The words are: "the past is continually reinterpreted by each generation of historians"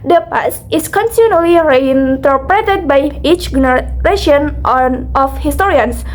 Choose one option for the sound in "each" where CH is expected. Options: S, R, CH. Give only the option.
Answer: CH